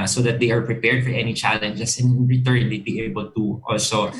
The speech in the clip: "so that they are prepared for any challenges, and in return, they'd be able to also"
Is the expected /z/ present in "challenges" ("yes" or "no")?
no